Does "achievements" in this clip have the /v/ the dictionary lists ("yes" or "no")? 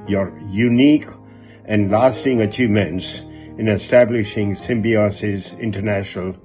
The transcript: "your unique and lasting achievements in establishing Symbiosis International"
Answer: no